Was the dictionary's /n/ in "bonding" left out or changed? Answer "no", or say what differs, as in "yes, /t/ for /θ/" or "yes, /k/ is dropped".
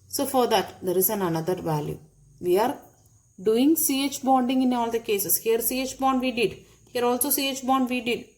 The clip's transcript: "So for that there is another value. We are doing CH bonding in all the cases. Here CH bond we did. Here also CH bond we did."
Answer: no